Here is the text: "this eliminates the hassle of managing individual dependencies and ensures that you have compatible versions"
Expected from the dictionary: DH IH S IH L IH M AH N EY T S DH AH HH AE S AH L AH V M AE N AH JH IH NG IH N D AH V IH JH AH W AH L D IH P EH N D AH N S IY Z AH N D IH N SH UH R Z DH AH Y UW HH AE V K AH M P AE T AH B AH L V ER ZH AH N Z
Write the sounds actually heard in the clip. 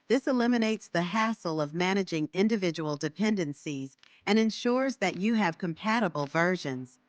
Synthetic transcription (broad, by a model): DH IH S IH L IH M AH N EY T S DH AH HH AE S L AH V M AE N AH JH IH NG IH N D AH V IH JH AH W L D IH P EH N D AH N S IY Z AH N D IH N SH UH R Z DH AH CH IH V K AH M P AE T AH B L V ER ZH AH N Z